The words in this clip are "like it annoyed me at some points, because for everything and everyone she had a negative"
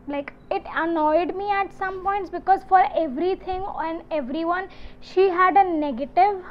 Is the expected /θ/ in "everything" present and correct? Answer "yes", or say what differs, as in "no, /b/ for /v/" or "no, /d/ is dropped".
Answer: no, /t/ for /θ/